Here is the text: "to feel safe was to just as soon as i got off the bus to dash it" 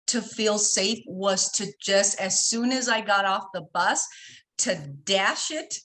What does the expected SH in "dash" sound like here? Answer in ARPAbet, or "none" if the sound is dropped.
SH